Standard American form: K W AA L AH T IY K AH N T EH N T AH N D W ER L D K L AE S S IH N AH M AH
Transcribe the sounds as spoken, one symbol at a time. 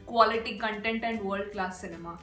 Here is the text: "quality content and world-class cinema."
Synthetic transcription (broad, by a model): K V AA L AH T IY K AH N T EH N T AH N D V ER D K L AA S S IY N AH M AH